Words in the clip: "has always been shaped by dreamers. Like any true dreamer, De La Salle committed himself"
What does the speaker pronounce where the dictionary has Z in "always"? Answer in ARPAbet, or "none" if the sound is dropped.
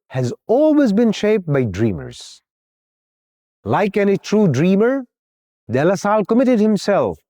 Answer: Z